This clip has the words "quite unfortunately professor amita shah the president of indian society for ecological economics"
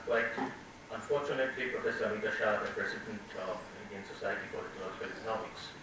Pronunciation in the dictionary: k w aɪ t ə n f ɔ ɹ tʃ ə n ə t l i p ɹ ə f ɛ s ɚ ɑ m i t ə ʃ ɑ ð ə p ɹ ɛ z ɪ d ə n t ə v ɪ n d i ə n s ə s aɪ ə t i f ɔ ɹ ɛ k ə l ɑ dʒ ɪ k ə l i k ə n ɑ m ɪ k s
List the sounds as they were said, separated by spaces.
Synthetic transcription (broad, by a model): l aɪ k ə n f ɔ ɹ tʃ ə n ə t l i p ɹ ə f ɛ s ɚ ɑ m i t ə ʃ ɑ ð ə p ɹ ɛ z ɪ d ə n t ə v ɪ n d i ə n s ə s aɪ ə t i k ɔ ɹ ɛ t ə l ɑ ɪ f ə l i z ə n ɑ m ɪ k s